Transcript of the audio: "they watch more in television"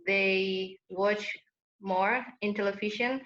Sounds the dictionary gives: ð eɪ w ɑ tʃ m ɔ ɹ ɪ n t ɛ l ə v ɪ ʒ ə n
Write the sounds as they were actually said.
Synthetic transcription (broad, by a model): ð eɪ w ɑ tʃ m ɔ ɹ ɪ n t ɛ l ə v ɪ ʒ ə n